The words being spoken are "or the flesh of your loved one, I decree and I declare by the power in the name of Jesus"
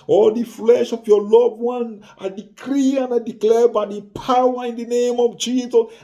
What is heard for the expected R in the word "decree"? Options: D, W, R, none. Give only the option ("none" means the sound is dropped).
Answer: R